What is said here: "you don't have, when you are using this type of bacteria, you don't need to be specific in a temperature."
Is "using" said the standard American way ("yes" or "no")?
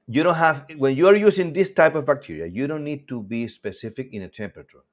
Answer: no